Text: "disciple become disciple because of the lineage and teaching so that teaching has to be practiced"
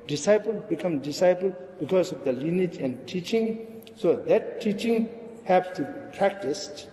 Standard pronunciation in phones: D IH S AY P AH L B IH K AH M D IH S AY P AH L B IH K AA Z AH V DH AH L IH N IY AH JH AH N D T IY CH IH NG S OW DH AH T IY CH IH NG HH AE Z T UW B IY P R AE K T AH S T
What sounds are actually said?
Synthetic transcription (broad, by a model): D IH S AY P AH L B IH K AH M D IH S AY P AH L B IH K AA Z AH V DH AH L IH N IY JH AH N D T IY CH IH NG S OW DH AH T IY CH IH NG HH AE S T UW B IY P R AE K T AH S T